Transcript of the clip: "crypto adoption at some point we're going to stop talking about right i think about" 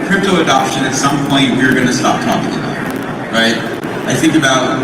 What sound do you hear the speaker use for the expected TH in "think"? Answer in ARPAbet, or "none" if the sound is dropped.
TH